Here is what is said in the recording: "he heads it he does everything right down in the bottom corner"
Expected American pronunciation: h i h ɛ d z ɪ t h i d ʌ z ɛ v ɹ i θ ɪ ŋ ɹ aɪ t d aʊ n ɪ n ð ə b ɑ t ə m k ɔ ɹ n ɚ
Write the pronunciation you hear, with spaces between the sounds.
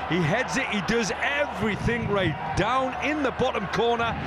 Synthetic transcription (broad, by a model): h i h ɛ d z ɪ t h i d ʌ z ɛ v ɹ i θ ɪ ŋ ɹ aɪ t d aʊ n ɪ n ð ə b ɑ t ə m k ɔ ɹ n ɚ